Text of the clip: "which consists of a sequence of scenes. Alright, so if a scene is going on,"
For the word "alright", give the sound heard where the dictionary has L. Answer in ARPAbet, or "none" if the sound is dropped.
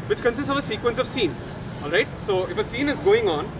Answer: L